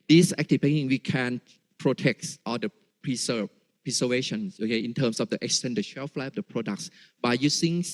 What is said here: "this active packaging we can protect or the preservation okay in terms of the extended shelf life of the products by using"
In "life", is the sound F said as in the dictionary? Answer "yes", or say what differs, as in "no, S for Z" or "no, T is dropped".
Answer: no, F is dropped